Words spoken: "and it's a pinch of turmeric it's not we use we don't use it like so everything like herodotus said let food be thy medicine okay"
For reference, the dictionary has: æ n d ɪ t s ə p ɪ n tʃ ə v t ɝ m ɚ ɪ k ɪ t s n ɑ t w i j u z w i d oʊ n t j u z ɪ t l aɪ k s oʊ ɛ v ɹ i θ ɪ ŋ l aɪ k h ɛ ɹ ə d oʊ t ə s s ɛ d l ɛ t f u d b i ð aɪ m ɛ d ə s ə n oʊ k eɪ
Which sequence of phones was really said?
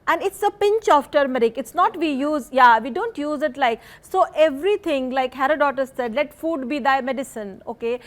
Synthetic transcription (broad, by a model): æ n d ɪ t s ə p ɪ n tʃ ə f t ɝ m ɚ ɪ k ɪ t s n ɑ t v i j u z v i d oʊ n t j u z ɪ t l aɪ k s oʊ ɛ v ɹ i t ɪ ŋ l aɪ k h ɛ ɹ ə d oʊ t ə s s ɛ d l ɛ t f u d b i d aɪ m ɛ d ə s ə n oʊ k eɪ